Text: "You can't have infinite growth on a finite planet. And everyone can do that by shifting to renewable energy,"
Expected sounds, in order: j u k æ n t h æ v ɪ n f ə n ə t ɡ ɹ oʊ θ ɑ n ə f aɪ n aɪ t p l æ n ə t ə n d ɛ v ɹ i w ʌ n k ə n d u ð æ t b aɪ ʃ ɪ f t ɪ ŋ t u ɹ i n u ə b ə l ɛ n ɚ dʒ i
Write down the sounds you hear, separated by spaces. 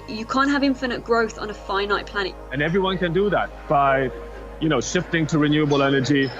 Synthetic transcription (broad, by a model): j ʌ k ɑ n t h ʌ v ɪ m f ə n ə t ɡ ɹ oʊ θ n ə f aɪ n aɪ t p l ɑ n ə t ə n ɛ v ɹ i w ʌ n k ə n d u ð æ t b aɪ ʃ ɪ f t ɪ ŋ t u ɹ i n u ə b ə l ɛ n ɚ dʒ i